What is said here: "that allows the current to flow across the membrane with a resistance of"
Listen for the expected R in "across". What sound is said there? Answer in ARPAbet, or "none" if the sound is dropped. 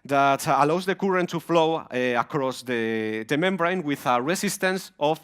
R